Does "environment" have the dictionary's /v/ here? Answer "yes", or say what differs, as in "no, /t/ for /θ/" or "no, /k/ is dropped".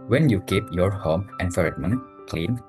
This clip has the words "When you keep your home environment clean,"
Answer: no, /f/ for /v/